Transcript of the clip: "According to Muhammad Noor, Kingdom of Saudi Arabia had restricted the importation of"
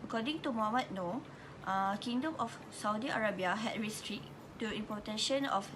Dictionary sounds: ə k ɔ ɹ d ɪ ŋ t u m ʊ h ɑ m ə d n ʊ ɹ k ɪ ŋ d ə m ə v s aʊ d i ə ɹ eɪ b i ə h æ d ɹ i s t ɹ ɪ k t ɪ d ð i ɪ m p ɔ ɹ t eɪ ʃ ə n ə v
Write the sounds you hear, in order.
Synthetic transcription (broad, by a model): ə k ɔ d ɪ ŋ t u m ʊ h ɑ m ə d n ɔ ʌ k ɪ ŋ d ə m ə f s aʊ d i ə ɹ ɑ b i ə h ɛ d ɹ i s t ɹ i t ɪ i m p ɔ t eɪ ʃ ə n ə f